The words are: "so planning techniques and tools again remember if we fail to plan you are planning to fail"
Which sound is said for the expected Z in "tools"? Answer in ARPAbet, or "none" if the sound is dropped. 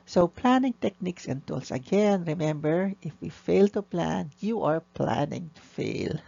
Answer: S